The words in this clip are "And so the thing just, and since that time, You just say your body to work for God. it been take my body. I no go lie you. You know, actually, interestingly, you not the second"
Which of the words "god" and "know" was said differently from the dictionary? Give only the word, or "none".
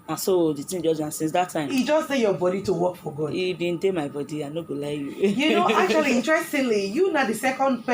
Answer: god